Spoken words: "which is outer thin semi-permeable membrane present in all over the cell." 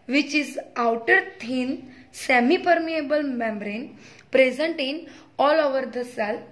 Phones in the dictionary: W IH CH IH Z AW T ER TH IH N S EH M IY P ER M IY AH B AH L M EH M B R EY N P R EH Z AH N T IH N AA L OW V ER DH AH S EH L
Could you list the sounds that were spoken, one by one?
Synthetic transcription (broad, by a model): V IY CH IH Z AW T ER T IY N S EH M IY P ER M IY AH B AH L M EH M B R EY N P R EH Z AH N T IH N AA L OW V ER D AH S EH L